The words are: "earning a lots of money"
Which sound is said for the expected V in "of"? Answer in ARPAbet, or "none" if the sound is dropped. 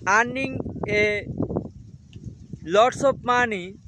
P